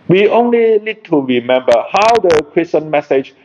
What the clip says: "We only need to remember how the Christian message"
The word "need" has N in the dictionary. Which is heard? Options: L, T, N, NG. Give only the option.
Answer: L